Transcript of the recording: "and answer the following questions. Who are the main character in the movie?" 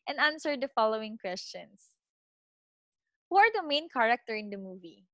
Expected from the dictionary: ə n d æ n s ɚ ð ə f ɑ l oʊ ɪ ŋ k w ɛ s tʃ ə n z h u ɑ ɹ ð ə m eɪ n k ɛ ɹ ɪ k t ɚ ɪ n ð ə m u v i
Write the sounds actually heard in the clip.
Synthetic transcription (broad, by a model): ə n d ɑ n s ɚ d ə f ɑ l oʊ ɪ ŋ k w ɛ s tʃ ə n s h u ɑ ɹ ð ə m eɪ n k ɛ ɹ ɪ k t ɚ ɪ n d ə m u v i